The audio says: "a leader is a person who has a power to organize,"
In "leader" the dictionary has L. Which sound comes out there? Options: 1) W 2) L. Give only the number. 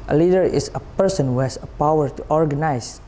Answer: 2